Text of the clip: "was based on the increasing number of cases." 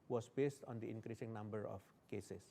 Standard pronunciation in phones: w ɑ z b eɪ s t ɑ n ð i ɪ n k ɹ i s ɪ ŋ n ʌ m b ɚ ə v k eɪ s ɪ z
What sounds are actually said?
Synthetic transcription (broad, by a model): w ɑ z b eɪ s t ɑ n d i ɪ n k ɹ i s ɪ ŋ n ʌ m b ɚ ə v k eɪ s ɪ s